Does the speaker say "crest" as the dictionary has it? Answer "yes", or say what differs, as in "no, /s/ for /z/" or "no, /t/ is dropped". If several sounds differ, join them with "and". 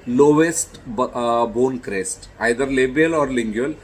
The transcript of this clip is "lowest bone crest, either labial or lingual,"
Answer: yes